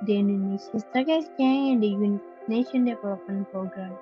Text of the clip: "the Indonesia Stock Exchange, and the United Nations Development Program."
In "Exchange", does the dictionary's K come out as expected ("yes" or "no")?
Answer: no